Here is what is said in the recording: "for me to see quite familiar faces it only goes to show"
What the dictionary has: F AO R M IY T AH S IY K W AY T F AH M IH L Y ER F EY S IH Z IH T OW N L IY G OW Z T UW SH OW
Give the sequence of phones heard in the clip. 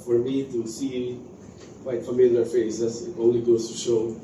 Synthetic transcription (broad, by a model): F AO R M IY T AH S IY K W AY T F AH M IH L Y ER F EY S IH S IH T OW N L IY G OW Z T UW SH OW